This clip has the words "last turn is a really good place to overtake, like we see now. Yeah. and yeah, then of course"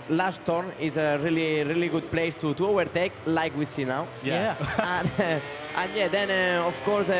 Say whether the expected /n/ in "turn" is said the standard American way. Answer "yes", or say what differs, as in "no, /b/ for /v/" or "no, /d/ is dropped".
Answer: no, /n/ is dropped